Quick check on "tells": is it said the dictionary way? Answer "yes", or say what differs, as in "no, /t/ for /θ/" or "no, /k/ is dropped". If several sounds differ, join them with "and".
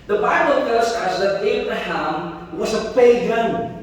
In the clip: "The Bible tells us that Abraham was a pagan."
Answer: no, /l/ is dropped